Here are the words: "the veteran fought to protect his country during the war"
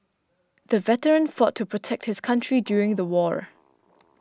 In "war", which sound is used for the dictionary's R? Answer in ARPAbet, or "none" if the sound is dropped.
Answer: R